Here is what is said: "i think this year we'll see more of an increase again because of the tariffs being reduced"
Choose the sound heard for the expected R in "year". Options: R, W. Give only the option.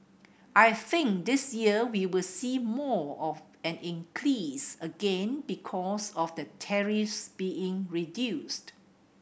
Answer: W